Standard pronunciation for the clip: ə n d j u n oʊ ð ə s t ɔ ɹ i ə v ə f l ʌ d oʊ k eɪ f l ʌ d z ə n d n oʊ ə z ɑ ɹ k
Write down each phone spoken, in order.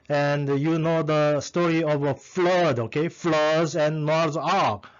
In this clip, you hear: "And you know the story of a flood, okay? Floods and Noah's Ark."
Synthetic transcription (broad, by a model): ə n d j u n oʊ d ə s t ɔ ɹ i ə v ə f l ʌ d oʊ k eɪ f l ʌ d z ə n n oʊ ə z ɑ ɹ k